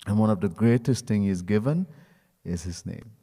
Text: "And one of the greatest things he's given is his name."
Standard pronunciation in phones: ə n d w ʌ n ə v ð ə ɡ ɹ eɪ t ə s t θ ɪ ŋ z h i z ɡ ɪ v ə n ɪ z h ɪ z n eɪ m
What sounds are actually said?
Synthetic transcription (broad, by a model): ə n w ʌ n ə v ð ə ɡ ɹ eɪ t ə s t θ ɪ ŋ h i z ɡ ɪ v ə n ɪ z h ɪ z n eɪ m